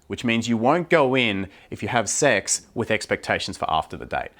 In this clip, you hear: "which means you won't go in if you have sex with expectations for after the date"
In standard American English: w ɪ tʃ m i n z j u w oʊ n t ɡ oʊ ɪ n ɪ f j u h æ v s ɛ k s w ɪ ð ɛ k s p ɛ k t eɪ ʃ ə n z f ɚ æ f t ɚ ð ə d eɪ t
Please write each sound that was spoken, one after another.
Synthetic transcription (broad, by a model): w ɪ tʃ m i n z j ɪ w oʊ n ɡ oʊ ɪ n ɪ f j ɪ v s ɛ k s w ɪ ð ɛ k s p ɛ k t eɪ ʃ n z f ɚ æ f t ɚ ð ə d eɪ t